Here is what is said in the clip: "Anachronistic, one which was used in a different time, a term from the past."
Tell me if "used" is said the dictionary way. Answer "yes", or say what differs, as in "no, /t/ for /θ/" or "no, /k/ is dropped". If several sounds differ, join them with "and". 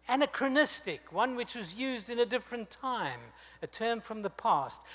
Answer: yes